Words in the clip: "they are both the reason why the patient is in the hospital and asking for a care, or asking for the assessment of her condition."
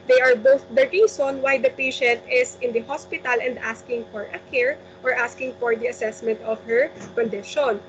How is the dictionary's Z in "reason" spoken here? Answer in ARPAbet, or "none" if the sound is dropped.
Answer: S